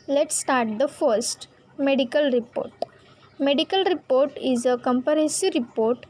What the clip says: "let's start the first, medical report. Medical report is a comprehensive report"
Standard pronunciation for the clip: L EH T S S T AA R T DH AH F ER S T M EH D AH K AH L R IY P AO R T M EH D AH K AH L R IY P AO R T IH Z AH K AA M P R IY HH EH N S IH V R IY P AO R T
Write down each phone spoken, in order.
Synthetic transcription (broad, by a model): L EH T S S T AA R T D AH F ER S T M EH D AH K AH L R IY P AO R T M EH D AH K AH L R IY P AO R T IH Z AH K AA M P IY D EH S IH R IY P AO R T